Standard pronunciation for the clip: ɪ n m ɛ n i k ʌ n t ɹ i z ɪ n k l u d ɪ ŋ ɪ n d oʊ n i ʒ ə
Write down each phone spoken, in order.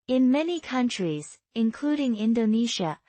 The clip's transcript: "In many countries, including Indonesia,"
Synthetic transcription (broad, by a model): ɪ n m ɛ n i k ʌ n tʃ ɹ i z ɪ n k l u d ɪ ŋ ɪ n d oʊ n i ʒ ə